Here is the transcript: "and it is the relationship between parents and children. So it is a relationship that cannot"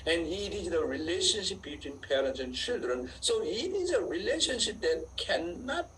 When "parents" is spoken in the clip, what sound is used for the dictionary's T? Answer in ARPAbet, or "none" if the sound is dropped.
T